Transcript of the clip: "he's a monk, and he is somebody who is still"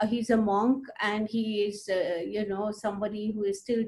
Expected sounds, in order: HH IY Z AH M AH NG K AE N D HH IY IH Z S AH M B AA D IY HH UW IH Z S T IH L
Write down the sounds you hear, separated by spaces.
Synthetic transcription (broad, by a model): HH IY Z AH M AH NG K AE N D HH IY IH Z S AH M B AA D IY HH UW IH Z S T IH L